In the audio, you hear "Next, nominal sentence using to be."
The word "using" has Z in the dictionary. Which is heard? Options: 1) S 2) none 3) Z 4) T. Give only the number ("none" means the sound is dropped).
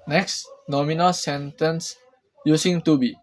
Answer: 1